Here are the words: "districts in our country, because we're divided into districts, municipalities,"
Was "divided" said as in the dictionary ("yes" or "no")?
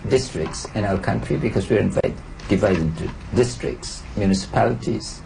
no